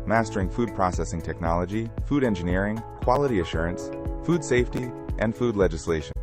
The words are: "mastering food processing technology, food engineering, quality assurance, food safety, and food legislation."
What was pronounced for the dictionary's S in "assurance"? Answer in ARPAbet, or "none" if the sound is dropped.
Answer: S